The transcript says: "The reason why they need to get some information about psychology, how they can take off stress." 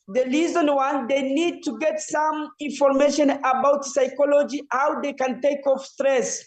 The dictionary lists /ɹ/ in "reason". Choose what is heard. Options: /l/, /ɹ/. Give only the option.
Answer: /l/